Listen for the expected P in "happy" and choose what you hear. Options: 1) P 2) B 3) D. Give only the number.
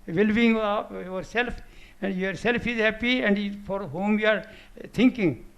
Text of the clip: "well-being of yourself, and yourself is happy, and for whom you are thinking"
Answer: 1